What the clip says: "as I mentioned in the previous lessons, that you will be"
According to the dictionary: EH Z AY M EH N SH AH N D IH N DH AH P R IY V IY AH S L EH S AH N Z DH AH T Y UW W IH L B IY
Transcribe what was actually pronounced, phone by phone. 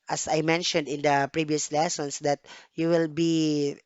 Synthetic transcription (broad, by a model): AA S AY M EH N SH AH N D IH N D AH P R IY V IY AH S L EH S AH N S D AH T Y UW W IH L B IY